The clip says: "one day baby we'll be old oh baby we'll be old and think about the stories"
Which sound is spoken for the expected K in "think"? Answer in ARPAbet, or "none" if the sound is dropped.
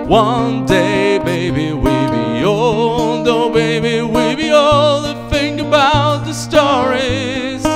none